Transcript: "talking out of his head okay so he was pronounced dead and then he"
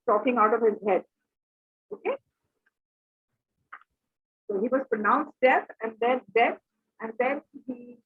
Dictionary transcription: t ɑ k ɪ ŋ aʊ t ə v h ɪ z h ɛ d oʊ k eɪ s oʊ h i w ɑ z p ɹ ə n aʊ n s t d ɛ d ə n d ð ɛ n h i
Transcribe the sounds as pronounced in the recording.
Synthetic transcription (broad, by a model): t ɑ k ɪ ŋ aʊ t ə v h ɪ z h ɛ d oʊ k eɪ s oʊ h i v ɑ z p ɹ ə n aʊ n s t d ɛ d ə n d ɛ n h i